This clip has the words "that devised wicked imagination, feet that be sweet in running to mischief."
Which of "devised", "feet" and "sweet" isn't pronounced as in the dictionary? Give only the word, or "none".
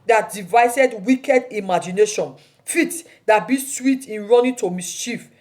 devised